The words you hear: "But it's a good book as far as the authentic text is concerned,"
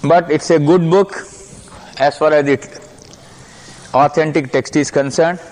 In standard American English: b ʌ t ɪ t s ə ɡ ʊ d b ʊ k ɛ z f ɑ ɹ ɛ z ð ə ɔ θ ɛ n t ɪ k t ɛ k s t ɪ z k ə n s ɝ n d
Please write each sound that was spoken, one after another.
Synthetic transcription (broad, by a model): b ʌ t ɪ t s ə ɡ ʊ d b ʊ k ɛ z f ɑ ɹ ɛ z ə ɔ t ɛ n t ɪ k t ɛ k s t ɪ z k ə n s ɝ n d